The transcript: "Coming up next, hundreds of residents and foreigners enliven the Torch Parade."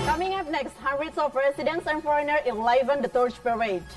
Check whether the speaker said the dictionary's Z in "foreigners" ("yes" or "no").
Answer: no